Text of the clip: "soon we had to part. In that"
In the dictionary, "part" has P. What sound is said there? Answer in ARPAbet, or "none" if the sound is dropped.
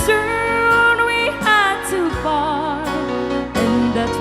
F